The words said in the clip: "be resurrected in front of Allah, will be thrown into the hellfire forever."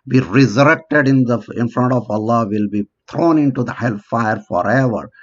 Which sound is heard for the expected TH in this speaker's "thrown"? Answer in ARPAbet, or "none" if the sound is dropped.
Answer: T